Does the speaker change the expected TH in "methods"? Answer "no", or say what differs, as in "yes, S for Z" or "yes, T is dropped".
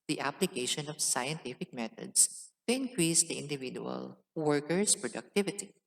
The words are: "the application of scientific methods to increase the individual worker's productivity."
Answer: yes, T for TH